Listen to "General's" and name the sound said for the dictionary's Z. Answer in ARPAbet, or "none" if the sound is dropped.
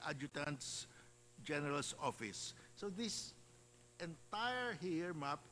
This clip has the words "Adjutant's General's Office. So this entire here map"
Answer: S